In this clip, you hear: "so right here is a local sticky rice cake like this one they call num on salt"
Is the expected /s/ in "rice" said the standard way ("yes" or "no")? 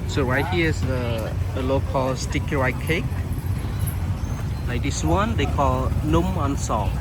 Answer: no